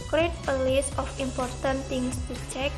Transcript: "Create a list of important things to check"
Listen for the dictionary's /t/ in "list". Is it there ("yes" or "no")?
no